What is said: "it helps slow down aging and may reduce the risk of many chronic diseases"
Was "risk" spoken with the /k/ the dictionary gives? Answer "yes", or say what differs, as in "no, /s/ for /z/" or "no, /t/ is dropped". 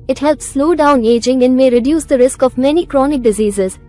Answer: yes